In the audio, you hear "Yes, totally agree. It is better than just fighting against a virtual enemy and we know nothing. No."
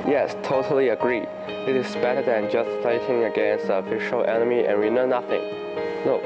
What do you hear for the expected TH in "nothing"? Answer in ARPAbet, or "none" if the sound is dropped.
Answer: TH